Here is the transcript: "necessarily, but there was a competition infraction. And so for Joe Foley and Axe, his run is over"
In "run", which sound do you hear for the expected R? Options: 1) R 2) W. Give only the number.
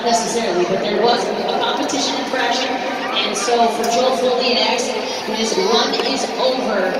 2